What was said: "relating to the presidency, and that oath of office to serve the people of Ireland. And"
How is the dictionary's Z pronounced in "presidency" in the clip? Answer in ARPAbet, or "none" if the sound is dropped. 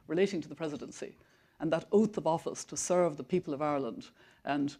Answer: Z